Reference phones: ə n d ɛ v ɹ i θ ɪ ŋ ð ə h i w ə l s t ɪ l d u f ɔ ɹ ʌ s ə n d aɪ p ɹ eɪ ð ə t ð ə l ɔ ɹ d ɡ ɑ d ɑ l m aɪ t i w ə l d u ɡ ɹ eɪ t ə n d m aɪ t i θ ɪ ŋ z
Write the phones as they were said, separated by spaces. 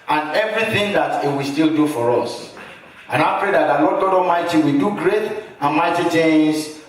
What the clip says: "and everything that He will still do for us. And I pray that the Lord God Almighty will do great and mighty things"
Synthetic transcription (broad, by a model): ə n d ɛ v ɹ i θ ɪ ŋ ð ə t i w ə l s t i l d u f ɔ ɹ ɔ s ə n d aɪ p ɹ eɪ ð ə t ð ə l ɔ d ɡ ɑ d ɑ m aɪ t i w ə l d u ɡ ɹ eɪ t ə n m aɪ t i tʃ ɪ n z